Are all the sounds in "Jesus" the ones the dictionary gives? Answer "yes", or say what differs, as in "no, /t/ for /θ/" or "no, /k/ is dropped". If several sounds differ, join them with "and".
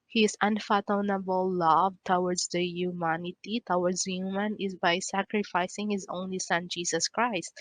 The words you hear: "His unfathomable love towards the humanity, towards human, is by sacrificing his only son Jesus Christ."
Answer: no, /s/ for /z/